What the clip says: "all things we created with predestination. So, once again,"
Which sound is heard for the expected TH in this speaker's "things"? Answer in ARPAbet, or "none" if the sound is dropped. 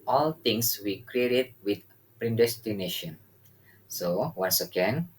T